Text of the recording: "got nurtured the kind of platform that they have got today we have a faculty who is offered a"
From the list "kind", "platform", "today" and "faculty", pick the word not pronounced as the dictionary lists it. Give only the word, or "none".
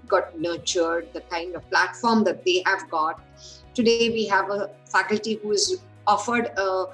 none